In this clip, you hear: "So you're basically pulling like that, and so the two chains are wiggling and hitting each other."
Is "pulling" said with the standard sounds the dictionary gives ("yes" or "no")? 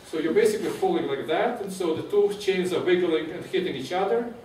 no